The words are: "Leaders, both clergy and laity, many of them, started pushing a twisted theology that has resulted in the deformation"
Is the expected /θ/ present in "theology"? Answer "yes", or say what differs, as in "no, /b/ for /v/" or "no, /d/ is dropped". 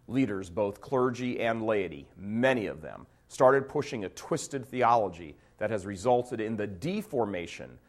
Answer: yes